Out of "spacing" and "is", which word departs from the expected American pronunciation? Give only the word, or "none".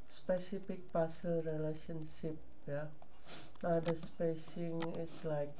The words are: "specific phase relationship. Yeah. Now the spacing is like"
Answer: is